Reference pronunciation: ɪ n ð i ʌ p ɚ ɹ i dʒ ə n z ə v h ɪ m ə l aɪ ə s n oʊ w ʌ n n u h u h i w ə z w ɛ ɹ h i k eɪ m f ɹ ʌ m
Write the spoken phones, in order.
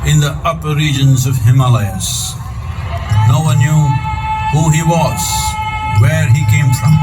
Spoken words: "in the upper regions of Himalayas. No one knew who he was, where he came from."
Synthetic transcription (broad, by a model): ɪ n ð i ʌ p ɚ ɹ i dʒ ə n z ə v h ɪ m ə l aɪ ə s n oʊ w ʌ n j u h u h i w ə z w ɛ ɹ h i k eɪ m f ɹ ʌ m